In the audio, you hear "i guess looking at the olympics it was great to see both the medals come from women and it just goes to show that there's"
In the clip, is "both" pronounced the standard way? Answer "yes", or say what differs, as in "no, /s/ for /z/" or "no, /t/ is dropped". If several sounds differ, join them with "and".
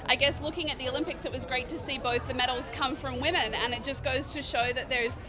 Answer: yes